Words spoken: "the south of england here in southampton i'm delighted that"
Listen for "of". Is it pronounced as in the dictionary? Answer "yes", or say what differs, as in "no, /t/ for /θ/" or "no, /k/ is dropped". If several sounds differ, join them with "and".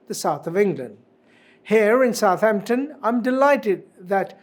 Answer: yes